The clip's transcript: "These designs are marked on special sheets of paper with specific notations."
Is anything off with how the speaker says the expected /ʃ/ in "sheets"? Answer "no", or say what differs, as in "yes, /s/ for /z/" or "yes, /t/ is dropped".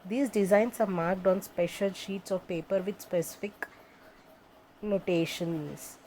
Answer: no